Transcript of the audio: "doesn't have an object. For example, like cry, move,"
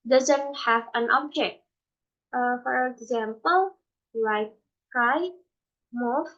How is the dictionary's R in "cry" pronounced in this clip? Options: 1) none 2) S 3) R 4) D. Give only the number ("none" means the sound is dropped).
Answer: 1